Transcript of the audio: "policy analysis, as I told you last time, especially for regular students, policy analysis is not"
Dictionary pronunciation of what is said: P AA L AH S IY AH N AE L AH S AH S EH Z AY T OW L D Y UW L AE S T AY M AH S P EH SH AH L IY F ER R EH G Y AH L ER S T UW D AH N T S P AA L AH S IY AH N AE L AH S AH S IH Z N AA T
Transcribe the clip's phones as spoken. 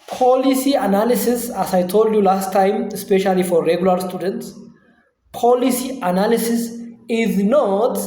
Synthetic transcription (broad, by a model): P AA L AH S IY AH N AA L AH S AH S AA S AY T OW L D Y UW L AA S T AY M AH S P EH SH AH L IY F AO R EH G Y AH L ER S T UW D AH N T S P AA L AH S IY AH N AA L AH S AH S IH Z N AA T